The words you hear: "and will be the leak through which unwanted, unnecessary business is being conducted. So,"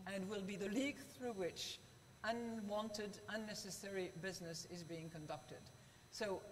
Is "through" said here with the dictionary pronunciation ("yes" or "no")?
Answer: yes